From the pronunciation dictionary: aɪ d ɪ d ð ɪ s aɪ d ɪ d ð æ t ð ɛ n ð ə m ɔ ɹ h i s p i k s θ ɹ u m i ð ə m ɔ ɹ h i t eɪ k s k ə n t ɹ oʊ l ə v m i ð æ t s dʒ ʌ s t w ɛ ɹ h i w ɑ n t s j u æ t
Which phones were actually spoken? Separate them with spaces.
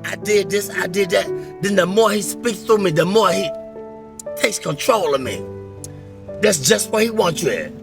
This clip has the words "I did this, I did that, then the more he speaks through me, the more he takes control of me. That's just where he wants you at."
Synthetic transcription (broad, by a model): aɪ d ɪ d ð ɪ s aɪ d ɪ d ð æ t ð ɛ n ð ə m ɔ ɹ h i s p i k s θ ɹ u m i ð ə m ɔ ɹ h i t eɪ k s k ə n t ɹ oʊ l ə v m i ð æ t s dʒ ʌ s t w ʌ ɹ h i w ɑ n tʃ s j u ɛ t